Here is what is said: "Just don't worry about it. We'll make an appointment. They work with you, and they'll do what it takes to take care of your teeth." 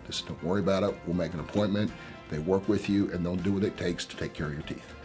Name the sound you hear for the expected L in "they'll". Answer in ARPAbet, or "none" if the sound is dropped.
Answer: N